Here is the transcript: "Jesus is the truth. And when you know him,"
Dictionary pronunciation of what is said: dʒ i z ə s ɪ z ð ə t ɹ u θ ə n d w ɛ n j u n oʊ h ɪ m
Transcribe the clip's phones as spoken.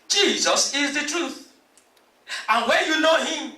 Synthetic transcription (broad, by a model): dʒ i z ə s ɪ z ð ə t ɹ u θ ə n w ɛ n j u n oʊ h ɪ m